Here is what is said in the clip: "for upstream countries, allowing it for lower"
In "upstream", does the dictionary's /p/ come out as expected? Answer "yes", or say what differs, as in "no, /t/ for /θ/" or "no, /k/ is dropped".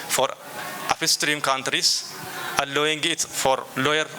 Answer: no, /f/ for /p/